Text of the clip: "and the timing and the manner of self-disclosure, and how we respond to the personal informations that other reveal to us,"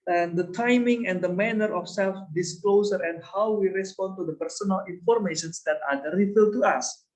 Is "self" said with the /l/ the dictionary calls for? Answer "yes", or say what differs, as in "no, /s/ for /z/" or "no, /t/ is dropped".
yes